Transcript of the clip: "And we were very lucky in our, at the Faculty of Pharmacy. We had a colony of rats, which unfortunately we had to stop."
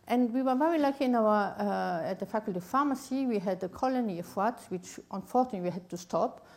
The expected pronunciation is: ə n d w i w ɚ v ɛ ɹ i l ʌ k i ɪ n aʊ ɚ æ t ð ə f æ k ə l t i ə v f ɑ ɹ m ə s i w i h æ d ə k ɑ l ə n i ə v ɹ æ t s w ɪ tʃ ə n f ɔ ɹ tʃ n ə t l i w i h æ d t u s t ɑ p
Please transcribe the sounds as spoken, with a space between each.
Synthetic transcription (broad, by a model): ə n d w i w ɚ v ɛ ɹ i l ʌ k i ɪ n aʊ ɚ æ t ð ə f æ k ə l t i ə f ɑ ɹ m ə s i w i h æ d ə k ɑ l ə n i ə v w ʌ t w ɪ tʃ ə n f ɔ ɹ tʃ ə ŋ w i h æ d t u s t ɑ p